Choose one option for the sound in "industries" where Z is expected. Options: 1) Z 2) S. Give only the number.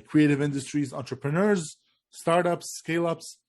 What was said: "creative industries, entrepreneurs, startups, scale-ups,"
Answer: 1